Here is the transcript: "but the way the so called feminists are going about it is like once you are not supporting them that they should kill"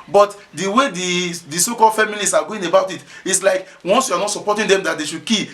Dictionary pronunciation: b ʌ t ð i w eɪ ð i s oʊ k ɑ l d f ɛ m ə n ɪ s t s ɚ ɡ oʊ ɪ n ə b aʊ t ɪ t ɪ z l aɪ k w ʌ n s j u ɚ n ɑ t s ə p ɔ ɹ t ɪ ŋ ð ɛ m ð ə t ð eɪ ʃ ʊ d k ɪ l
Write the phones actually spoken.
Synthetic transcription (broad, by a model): b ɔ t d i w eɪ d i s oʊ k ɑ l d f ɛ m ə l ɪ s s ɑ ɡ oʊ ɪ n ə b aʊ t ɪ t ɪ s l aɪ k w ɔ n s j u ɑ n ɑ t s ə p ɔ t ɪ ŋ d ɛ m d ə t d eɪ ʃ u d k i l